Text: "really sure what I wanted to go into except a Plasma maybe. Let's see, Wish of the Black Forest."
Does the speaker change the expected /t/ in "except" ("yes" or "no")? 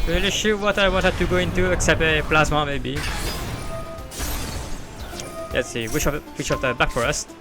no